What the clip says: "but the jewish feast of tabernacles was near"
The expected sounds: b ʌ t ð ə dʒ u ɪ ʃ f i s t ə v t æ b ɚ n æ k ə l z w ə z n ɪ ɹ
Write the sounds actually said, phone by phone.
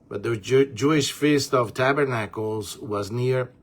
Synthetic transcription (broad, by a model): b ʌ t ð ə dʒ u ɪ ʃ f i s t ə v t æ b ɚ n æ k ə l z w ə z n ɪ ɹ